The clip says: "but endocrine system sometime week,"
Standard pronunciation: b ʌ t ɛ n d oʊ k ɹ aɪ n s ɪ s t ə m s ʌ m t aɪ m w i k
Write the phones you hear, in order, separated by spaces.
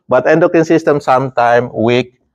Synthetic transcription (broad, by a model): b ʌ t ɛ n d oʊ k i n s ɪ s t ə m s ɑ m t aɪ m w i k